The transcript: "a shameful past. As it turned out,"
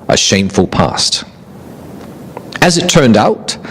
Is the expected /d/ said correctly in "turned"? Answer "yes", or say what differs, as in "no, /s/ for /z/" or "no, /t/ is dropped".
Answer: yes